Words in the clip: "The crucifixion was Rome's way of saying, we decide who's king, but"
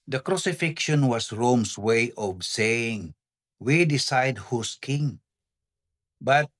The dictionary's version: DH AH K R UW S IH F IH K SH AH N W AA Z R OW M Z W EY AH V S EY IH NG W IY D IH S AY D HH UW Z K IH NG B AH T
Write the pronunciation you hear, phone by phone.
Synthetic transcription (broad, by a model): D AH K R UW S IH F IH K SH AH N W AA S R OW M S W EY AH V S EY IH NG W IY D IH S AY D HH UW S K IH NG B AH T